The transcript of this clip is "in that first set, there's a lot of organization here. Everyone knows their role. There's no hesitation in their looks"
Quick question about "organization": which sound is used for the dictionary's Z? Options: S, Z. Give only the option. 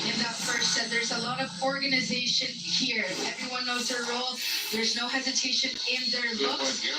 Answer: Z